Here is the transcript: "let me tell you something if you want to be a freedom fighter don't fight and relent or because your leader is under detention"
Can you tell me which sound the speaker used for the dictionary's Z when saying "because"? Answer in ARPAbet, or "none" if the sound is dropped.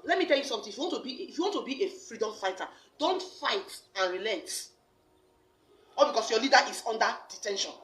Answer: S